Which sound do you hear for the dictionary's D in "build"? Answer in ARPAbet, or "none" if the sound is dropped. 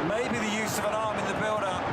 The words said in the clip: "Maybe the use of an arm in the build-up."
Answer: D